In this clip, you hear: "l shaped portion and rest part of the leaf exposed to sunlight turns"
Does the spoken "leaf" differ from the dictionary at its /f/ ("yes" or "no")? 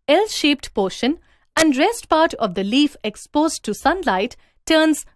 no